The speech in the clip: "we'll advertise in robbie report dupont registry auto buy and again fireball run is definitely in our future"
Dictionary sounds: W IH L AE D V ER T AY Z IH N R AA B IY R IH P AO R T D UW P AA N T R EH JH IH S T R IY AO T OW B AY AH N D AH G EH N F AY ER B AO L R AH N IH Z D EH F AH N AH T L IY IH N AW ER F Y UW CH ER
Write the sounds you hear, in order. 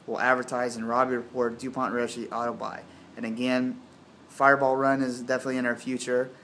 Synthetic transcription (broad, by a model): W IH L AE D V ER T AY Z IH N R AA B IY R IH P AO R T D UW P AA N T R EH SH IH T AO T OW B AY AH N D AH G EH N F AY ER B AO L R AH N IH Z D EH F AH N AH T L IY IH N AW ER F Y UW CH ER